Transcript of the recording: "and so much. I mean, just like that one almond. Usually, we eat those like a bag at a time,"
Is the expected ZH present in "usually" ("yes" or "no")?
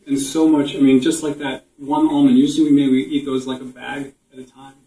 no